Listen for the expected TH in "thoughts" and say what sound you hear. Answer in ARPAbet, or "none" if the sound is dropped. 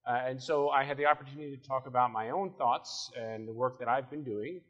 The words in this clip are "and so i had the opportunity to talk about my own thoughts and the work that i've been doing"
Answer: TH